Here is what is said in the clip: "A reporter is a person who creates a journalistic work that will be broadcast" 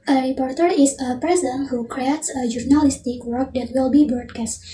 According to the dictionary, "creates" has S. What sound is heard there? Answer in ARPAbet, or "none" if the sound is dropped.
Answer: S